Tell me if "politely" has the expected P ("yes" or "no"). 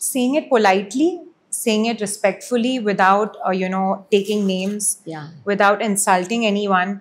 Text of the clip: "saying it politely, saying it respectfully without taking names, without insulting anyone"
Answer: yes